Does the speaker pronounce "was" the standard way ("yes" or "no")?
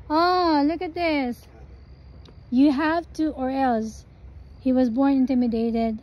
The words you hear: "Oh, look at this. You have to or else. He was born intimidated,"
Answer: yes